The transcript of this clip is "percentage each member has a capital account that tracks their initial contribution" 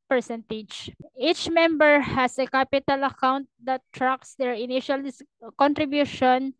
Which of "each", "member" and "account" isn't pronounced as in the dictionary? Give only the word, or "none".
none